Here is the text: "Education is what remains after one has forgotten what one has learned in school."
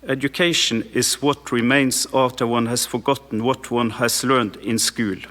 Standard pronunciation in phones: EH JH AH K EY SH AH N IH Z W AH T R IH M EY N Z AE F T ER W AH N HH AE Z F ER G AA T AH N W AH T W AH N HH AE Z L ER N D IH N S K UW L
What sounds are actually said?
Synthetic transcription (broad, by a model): EH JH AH K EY SH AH N IH S W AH T R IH M EY N S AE F T ER W AH N HH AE S F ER G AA T N W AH T W AH N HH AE S L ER N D IH N S K UW L